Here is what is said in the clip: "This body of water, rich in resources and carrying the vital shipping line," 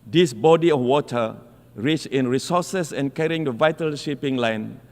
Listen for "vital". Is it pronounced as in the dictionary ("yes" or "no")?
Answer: yes